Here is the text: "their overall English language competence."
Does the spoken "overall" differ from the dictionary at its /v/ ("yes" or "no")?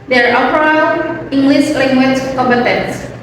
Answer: yes